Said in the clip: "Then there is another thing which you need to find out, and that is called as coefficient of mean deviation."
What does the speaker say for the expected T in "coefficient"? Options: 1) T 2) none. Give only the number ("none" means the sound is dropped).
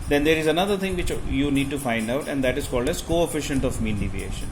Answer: 1